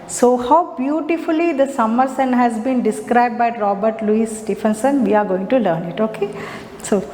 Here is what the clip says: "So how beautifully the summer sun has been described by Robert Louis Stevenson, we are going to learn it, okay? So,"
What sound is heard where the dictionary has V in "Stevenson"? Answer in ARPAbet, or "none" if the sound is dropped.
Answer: F